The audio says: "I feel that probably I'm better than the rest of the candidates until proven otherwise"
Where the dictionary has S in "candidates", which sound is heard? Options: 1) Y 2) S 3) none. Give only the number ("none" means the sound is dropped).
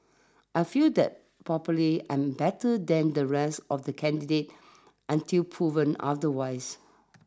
3